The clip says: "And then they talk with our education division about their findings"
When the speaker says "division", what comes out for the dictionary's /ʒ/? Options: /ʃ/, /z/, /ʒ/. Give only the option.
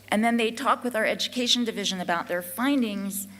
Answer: /ʒ/